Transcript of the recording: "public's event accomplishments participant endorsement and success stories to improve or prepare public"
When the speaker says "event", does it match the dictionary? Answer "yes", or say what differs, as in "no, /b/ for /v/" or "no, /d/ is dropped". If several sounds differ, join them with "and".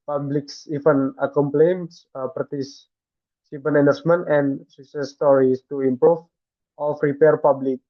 no, /t/ is dropped